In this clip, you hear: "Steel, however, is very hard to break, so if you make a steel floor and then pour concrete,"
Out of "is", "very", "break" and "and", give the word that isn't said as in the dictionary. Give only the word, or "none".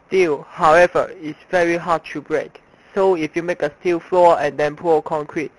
is